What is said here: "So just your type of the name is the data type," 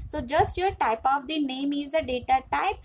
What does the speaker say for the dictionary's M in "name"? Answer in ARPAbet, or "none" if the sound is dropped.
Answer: M